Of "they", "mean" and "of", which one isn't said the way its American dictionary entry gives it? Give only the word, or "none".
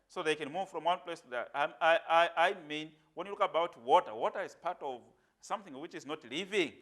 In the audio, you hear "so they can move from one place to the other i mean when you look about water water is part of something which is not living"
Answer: none